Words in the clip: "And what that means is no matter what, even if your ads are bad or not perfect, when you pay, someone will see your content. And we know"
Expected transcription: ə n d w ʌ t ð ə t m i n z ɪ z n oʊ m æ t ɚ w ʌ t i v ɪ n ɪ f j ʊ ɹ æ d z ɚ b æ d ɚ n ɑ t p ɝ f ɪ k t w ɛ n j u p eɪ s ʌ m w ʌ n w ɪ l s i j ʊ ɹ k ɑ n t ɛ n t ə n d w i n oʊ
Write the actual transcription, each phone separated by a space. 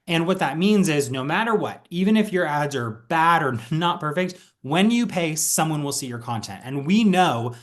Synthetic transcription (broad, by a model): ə n w ʌ t ð ə t m i n z ɪ z n oʊ m æ t ɚ w ʌ t i v ɪ n ɪ f j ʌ ɹ æ d z ɚ b æ d ɚ n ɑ t p ɝ f ɪ k t w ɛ n j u p eɪ s ʌ m w ʌ n w ɪ l s i j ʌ ɹ k ɑ n t ɛ n t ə n w i n oʊ